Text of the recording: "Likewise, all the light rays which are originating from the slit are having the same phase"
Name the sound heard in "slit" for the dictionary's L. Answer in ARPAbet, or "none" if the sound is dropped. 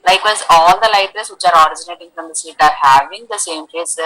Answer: none